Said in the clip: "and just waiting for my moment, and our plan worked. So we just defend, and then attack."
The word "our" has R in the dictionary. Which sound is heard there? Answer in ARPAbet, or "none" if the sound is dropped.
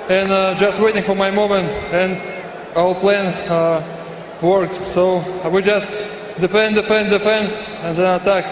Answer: L